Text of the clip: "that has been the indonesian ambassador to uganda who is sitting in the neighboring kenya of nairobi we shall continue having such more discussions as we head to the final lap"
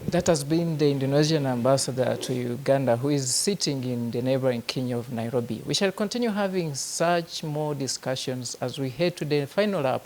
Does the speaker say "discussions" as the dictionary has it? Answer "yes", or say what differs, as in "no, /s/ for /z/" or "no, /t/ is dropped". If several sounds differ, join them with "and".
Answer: yes